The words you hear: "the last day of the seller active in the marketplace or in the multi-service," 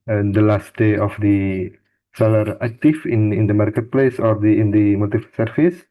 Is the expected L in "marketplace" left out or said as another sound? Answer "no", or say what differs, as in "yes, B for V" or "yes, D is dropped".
no